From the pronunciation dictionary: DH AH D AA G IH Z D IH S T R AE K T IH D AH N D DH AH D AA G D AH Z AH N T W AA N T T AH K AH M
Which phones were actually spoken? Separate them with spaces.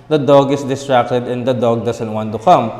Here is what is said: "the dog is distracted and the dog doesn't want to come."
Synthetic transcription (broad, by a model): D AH D AA G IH S D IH S T R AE K T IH D AH N D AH D AA G D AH S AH N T W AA N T T AH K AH M